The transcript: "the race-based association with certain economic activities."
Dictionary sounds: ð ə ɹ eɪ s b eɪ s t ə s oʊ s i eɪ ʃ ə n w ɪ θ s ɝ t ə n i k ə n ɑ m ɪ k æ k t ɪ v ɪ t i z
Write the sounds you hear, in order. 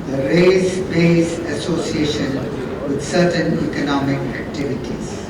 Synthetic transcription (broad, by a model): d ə ɹ eɪ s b eɪ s ə s oʊ s i eɪ ʃ ə n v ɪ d s ɝ t ə n i k ə n ɑ m ɪ k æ k t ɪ v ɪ t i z